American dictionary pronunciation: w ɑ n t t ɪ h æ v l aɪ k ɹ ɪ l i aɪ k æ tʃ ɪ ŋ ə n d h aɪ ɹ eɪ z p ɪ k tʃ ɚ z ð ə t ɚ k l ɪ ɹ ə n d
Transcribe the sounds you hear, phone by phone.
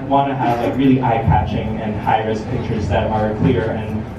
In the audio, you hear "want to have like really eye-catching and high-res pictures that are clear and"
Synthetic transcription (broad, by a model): w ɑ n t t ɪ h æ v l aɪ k ɹ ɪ l i aɪ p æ tʃ ɪ ŋ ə n h aɪ ɹ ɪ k p ɪ k tʃ ɚ z ð ə t ɚ k l ɪ ɹ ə n